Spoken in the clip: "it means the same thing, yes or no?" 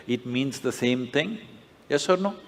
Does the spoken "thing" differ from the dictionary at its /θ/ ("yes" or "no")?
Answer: yes